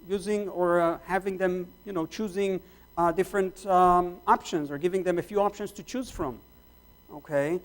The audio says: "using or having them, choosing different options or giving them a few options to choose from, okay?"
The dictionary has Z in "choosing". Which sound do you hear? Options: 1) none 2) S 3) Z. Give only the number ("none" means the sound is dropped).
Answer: 3